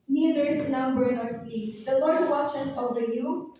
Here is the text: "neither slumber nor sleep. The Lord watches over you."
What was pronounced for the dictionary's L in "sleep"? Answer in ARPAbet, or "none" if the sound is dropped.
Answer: none